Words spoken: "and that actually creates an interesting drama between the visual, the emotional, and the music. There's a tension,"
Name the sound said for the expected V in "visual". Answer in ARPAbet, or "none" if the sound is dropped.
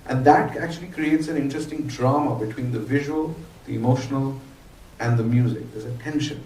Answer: V